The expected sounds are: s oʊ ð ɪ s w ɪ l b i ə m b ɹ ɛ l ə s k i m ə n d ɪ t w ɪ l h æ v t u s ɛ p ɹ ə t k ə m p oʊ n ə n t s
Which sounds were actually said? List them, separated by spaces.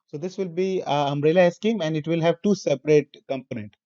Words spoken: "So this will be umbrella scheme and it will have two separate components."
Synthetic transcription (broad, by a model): s oʊ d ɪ s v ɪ l b i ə m ɹ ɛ l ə s k i m ə n d ɪ t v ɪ l h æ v t u s ɛ p ɹ ə t k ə m p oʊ n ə n t